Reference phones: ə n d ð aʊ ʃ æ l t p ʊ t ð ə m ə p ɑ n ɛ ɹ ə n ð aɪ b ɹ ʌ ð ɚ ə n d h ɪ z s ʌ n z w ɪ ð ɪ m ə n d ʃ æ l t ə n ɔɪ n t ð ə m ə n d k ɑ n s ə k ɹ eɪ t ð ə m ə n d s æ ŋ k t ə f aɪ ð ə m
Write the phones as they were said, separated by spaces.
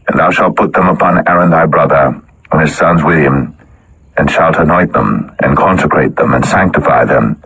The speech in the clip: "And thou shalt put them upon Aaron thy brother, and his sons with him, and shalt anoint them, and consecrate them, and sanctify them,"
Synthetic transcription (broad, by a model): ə n ð aʊ ʃ æ l t p ʊ t ð ə m ə p ɑ n ɛ ɹ ə n ð aɪ b ɹ ʌ ð ɚ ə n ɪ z s ʌ n z w ɪ ð ɪ m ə n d ʃ æ l t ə n ɔɪ t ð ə m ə n k ɑ n s ə k ɹ eɪ t ð ə m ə n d s æ ŋ k t ə f aɪ ð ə m